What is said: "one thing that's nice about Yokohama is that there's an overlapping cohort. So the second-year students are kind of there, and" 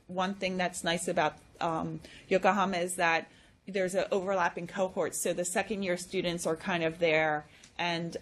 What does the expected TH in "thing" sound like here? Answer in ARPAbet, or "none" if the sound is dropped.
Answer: TH